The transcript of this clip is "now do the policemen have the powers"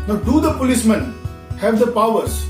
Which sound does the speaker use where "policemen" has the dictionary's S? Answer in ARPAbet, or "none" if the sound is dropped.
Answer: S